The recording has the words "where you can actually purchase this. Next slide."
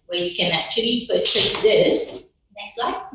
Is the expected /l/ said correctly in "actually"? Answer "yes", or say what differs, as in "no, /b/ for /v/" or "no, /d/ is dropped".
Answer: yes